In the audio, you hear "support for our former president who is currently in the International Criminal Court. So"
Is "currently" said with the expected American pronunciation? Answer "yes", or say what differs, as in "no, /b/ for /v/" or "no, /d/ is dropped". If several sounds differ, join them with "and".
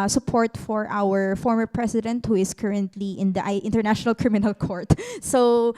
yes